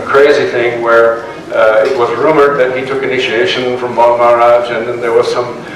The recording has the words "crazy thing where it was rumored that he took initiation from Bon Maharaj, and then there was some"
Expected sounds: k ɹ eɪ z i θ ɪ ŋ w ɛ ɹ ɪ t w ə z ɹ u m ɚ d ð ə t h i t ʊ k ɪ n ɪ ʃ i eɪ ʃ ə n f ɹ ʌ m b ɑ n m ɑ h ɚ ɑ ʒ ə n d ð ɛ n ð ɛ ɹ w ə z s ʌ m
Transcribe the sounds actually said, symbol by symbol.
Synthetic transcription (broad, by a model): k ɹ eɪ z i θ ɪ ŋ w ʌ ɹ ɪ t w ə z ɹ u m ɚ ð ə t h i t ʊ k ɪ n ɪ ʃ i eɪ ʃ ə n f ɹ ʌ m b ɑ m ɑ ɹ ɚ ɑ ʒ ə n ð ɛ n ð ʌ ɹ w ə z s ʌ m